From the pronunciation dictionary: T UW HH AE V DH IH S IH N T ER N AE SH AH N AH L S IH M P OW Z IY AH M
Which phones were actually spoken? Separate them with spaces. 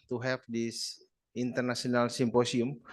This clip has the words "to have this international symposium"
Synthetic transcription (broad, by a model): T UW HH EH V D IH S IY N T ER N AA S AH N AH L S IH M P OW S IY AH M